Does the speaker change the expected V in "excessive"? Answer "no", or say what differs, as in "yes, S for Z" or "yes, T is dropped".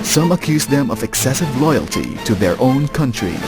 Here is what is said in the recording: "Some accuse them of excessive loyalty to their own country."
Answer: no